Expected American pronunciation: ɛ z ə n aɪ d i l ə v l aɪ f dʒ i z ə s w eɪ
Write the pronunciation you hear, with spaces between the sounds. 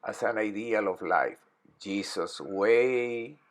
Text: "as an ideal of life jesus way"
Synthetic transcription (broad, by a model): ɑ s ə n aɪ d i l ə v l aɪ f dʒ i s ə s w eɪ